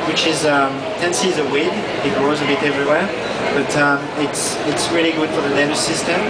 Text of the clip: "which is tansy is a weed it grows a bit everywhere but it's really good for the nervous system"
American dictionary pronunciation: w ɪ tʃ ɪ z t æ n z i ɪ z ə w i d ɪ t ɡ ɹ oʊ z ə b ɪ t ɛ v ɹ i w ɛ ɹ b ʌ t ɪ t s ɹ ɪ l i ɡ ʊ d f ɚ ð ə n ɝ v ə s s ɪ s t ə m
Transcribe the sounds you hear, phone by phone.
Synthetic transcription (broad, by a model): w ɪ tʃ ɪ z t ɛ n s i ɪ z ə w i d ɪ t ɡ ɹ oʊ z ə b ɪ t ɛ v ɹ i w ɛ ɹ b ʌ t ɪ t s ɹ ɪ l i ɡ ʊ d f ɚ ð ə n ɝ ə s s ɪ s t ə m